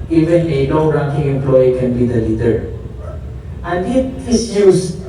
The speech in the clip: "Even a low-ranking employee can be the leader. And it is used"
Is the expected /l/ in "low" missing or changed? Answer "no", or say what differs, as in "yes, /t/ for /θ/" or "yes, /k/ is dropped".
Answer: yes, /n/ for /l/